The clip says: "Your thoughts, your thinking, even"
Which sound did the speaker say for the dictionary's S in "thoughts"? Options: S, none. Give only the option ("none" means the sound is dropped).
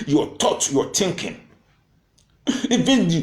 none